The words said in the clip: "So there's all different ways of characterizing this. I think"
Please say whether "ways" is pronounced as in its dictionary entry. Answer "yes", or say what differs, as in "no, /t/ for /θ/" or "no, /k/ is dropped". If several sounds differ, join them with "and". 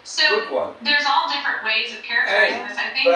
yes